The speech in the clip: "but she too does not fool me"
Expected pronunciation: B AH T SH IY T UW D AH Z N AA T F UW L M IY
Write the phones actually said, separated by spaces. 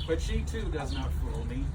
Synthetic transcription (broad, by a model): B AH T SH IY T UW D AH Z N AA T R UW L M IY